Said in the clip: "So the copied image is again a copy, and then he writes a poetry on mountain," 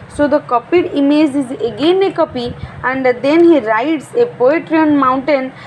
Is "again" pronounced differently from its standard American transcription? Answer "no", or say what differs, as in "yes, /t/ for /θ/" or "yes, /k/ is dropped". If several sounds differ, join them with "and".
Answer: no